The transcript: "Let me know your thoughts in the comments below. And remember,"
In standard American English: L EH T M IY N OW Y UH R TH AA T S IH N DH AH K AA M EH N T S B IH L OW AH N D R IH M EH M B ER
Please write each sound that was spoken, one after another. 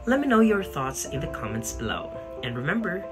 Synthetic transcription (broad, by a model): L EH T M IY N OW Y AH R TH AA T S IH N DH AH K AA M EH N T S B IH L OW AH N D R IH M EH M B ER